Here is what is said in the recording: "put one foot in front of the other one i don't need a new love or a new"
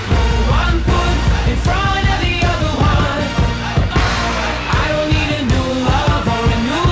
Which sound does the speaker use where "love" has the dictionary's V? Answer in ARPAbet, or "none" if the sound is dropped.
F